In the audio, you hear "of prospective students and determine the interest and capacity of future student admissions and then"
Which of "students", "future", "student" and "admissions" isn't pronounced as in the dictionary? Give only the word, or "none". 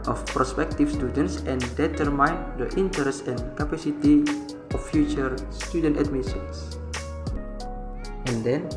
admissions